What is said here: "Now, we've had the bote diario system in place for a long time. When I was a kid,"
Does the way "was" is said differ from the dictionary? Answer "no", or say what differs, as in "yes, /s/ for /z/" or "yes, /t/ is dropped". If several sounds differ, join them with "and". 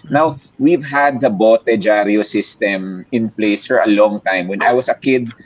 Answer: yes, /s/ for /z/